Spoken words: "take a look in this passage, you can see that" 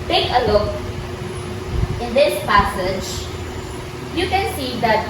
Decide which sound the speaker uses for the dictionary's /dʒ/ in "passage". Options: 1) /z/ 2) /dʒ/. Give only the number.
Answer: 2